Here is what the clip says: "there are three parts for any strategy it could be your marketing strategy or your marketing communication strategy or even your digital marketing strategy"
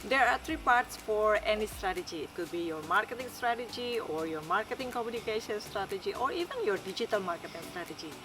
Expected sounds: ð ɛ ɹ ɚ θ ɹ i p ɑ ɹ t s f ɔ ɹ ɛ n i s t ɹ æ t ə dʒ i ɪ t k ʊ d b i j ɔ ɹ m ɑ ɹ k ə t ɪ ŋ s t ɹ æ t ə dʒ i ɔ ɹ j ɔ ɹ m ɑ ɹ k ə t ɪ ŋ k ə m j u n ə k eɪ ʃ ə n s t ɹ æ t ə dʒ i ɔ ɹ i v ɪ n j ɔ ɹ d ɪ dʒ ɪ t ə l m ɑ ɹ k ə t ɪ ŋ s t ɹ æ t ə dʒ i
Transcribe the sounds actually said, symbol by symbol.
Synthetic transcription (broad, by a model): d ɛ ɹ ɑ t ɹ i p ɑ ɹ t s f ɔ ɹ ɛ n i s t ɹ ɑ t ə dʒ i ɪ t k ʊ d b i j ɔ ɹ m ɑ ɹ k ə t ɪ ŋ s t ɹ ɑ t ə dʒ i ɔ ɹ j ɔ ɹ m ɑ ɹ k ə t ɪ ŋ k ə m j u n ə k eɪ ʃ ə n s t ɹ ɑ t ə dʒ i ɔ ɹ i v ɪ n j ɔ ɹ d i dʒ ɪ t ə l m ɑ ɹ k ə t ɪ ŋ s t ɹ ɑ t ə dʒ i